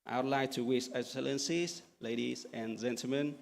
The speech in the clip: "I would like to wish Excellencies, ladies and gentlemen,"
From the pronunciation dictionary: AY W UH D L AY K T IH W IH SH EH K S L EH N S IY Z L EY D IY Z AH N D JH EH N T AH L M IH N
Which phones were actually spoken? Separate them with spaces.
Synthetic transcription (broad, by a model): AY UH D L AY T IH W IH S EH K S L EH N S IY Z L EY D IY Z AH N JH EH N T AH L M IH N